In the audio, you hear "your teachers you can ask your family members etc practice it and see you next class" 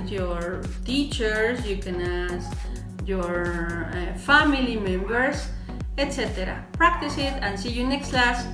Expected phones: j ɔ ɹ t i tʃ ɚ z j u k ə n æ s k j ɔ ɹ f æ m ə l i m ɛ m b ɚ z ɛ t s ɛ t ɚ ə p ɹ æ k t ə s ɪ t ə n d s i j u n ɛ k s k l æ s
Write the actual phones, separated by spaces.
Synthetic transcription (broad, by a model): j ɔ ɹ t i tʃ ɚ s j u k ə n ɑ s j ɔ ɹ f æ m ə l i m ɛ m b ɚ s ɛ t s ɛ t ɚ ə p ɹ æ k t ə s ɪ t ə n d s i j u n ɛ k s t l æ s